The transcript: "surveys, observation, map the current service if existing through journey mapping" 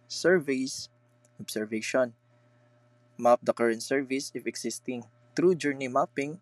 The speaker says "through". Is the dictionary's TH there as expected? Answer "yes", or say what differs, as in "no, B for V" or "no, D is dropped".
no, T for TH